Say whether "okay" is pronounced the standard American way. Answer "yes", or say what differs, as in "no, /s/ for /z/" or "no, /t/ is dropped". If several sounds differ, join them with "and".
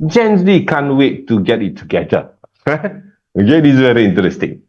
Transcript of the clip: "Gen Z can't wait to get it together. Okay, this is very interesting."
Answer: no, /k/ is dropped